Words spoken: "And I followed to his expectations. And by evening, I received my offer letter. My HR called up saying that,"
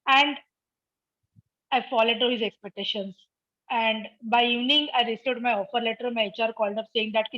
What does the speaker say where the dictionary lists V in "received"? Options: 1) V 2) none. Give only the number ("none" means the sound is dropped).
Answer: 2